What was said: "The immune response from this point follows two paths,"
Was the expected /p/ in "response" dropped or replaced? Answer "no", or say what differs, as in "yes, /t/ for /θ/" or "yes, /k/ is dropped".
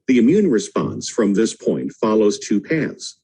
no